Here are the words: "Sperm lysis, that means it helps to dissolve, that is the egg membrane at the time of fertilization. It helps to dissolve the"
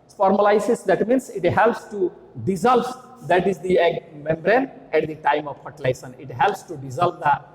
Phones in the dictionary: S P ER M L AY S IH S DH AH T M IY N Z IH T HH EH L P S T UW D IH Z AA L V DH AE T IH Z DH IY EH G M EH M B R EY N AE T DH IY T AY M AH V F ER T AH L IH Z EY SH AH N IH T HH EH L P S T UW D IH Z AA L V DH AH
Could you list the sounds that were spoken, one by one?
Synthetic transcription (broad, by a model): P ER M L AY S IH S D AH T M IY N S IH T HH EH L P S T UW D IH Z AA L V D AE T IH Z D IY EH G M EH M B R EY N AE T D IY T AY M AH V P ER T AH L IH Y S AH N IH T HH EH L P S T UW D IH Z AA L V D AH